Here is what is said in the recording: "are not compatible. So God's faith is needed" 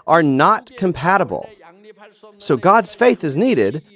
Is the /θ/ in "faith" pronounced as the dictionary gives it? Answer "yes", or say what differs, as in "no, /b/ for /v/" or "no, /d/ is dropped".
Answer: yes